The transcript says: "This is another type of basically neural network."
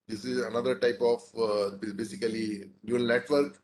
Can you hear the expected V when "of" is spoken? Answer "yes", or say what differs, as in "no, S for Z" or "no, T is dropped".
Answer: no, B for V